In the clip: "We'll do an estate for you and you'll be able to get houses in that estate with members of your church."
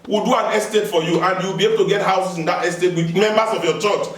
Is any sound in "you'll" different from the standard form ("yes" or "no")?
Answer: yes